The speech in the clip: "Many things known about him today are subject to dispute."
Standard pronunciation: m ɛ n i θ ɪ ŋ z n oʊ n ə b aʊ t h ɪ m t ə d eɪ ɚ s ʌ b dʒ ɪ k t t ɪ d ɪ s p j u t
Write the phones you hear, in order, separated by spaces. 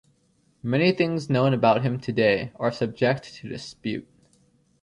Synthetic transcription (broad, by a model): m ɛ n i θ ɪ ŋ z n oʊ n ə b aʊ t h ɪ m t ə d eɪ ɚ s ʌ b dʒ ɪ k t t ɪ d ɪ s p j u t